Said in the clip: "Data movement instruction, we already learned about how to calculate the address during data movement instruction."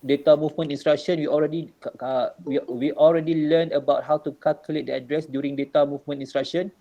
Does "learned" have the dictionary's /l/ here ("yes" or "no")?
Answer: no